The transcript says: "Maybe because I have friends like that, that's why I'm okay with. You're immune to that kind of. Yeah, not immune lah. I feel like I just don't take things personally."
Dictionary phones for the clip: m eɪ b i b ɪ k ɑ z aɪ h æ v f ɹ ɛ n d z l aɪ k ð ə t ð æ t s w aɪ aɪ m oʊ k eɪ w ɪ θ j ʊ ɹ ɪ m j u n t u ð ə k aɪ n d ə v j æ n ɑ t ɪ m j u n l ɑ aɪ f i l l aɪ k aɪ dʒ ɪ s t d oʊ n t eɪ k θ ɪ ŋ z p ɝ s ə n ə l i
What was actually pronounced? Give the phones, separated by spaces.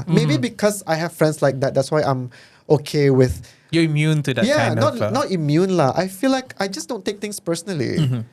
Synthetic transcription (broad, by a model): m eɪ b i b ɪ k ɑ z aɪ h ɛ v f ɹ ɛ n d s l aɪ k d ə t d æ t s w aɪ aɪ m oʊ k eɪ w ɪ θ j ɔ ɪ m j u n t u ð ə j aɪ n ə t n ɑ t ɪ m j u n l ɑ aɪ f i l l aɪ k aɪ dʒ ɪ s d oʊ n t eɪ k t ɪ ŋ s p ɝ s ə n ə l i